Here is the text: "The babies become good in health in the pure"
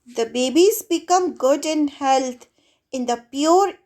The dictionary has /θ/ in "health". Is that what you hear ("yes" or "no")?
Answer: no